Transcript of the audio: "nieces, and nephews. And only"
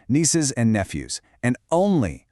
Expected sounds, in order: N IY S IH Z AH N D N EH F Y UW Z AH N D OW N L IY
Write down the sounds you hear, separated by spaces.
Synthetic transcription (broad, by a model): N IY S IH Z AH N N EH F Y UW Z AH N OW N L IY